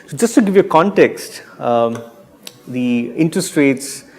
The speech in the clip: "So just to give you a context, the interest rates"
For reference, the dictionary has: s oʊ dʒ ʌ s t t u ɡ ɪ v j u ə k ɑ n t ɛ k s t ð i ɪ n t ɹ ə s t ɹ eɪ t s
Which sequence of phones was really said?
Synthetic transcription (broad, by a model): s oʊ dʒ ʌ s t t u ɡ ɪ v j u ə k ɑ n t ɛ k s t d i ɪ n t ɹ ə s t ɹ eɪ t s